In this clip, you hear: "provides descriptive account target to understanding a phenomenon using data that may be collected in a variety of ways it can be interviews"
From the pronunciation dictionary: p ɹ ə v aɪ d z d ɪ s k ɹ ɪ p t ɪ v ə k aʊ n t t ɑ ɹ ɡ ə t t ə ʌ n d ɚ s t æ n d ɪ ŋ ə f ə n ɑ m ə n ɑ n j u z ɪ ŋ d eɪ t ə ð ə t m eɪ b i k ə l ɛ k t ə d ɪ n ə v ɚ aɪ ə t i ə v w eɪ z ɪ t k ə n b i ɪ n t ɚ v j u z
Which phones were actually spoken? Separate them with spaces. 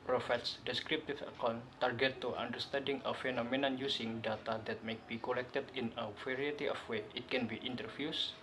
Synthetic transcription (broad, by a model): p ɹ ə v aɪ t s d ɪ s k ɹ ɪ p t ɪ f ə k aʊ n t t ɑ ɹ ɡ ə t t ə n d ɚ s t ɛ n d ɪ ŋ ə f ə n ɑ m ə n ɑ n j u s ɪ ŋ d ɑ t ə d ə t m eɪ b i k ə l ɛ k t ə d ɪ n ə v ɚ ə t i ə f w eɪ ɪ t k ə n b i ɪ n t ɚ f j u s